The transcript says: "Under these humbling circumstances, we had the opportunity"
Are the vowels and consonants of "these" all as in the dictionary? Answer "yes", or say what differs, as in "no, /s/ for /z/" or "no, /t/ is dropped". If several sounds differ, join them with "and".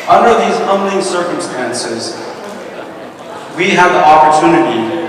yes